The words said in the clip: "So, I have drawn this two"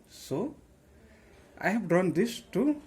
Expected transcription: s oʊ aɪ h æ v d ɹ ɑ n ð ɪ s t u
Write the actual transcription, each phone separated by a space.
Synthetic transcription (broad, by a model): s oʊ aɪ h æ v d ɑ n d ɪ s t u